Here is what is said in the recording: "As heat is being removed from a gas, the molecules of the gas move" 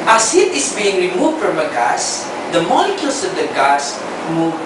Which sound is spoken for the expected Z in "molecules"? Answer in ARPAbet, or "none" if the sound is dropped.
S